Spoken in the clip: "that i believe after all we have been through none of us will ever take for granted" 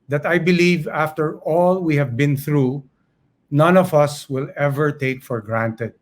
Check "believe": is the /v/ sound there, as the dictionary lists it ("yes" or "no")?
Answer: yes